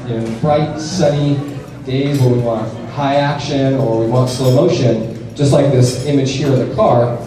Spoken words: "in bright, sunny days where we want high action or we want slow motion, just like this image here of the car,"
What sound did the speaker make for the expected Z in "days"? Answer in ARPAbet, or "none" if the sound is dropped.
Z